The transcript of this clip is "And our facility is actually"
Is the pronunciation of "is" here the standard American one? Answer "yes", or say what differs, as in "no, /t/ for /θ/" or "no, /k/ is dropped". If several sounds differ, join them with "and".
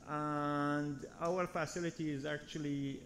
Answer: yes